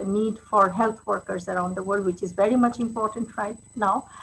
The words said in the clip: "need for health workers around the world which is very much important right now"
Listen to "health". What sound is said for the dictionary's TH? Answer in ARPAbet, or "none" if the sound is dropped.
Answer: T